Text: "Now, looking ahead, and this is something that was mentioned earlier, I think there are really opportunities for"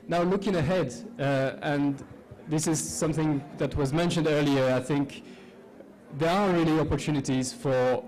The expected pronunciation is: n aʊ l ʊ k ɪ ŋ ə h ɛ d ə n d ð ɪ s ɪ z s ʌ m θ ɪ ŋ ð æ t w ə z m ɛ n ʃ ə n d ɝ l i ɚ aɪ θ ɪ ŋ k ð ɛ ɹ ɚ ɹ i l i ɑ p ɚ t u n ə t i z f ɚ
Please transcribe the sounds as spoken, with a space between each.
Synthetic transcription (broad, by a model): n aʊ l ʊ k ɪ ŋ ə h ɛ d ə n ð ɪ s ɪ z s ʌ m θ ɪ ŋ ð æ t w ə z m ɛ n ʃ ə n d ɝ l i ɚ aɪ θ ɪ ŋ k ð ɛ ɹ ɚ ɹ i l i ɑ p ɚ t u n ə t i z f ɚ